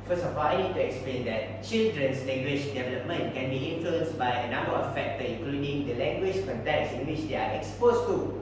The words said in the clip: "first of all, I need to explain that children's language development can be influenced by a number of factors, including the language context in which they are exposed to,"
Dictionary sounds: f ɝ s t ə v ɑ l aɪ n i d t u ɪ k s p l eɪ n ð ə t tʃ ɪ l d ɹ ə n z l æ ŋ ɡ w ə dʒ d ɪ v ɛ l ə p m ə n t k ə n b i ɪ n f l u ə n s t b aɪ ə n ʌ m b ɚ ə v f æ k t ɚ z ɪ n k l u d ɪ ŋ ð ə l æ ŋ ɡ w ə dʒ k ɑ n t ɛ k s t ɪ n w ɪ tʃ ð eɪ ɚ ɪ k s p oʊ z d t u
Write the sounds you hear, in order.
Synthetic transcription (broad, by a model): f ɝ s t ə f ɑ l aɪ n i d t u ɪ k s p l eɪ n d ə t tʃ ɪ l d ɹ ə n s l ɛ ŋ ɡ w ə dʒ d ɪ v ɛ l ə p m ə n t k ə n b i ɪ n f l u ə n s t b aɪ ə n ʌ m b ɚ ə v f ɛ k t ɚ ɪ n k l u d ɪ ŋ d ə l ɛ ŋ ɡ w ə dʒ k ɑ n t ɛ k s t ɪ n w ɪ tʃ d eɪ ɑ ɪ k s p oʊ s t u